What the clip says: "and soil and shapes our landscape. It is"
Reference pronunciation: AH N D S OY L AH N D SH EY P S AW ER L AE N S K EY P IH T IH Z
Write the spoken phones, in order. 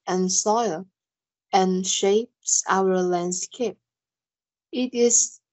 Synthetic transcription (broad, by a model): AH N S OY L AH N SH EY P S AW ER L AE N S K EY P IH T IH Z